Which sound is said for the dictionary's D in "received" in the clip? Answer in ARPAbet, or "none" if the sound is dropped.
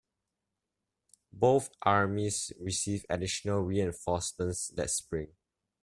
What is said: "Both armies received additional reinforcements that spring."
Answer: none